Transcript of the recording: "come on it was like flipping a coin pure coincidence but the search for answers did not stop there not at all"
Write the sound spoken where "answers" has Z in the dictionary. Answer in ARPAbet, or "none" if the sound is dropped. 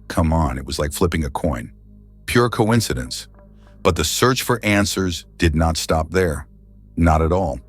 Z